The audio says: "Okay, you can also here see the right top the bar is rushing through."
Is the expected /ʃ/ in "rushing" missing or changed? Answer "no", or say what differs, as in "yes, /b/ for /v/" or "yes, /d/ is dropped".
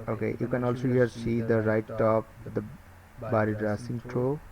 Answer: yes, /s/ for /ʃ/